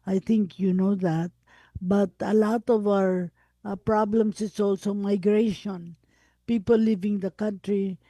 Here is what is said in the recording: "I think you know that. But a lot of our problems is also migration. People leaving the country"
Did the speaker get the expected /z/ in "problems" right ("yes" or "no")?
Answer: no